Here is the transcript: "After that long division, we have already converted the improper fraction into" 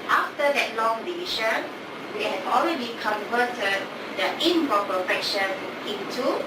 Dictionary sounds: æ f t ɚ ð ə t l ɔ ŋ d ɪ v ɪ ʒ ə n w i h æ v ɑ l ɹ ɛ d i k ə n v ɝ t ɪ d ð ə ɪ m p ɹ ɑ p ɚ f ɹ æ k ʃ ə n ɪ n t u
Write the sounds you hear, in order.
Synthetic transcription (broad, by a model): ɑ f t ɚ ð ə t l ɔ ŋ d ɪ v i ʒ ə n w i h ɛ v ɑ l ɹ ɛ d i k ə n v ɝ t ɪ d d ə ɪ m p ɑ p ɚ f ɛ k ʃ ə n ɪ n t u